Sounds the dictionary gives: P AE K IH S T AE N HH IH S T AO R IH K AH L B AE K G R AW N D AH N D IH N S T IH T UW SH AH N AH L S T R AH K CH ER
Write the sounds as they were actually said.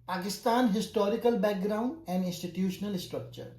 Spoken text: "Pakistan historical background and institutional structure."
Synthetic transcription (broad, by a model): P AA K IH S T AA N HH IH S T AO R IH K AH L B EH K G R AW N D AH N D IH N S T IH T UW SH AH N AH L S T R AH K CH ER